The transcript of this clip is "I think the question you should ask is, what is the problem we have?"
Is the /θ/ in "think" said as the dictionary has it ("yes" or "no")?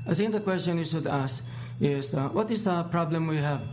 no